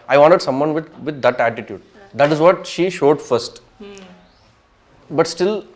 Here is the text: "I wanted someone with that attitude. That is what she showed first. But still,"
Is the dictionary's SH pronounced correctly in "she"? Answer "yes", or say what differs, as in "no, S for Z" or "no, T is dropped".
yes